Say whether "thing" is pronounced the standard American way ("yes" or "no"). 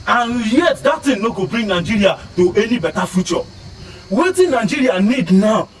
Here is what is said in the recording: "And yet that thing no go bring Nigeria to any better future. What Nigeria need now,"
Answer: no